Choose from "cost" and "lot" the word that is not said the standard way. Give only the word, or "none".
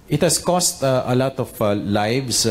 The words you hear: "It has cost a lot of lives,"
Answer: none